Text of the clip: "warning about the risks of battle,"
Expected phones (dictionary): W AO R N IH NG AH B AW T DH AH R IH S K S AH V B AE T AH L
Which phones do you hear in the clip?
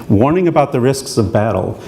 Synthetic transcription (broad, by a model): W AO R N IH NG AH B AW T DH AH R IH S K S AH V B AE T L